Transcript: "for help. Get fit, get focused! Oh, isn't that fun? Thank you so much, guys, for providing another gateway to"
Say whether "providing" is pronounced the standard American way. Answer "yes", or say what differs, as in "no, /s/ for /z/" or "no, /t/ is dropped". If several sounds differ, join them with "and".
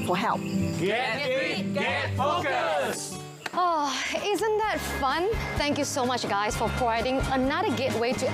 no, /v/ is dropped